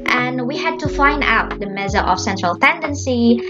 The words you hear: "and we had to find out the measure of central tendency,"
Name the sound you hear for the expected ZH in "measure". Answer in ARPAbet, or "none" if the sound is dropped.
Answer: Z